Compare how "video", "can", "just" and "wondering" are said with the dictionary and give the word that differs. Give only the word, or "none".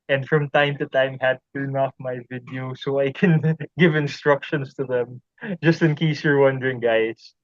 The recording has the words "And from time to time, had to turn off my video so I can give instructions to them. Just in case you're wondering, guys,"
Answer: none